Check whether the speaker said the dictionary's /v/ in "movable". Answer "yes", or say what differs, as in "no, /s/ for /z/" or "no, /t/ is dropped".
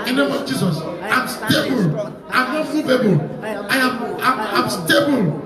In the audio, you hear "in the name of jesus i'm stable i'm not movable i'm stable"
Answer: no, /b/ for /v/